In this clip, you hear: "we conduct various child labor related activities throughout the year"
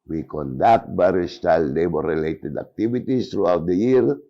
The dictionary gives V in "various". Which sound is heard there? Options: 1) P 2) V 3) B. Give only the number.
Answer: 3